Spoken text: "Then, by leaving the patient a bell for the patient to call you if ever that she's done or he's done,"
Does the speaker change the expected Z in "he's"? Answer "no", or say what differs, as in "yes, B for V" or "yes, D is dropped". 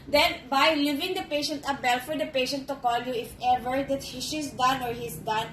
yes, S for Z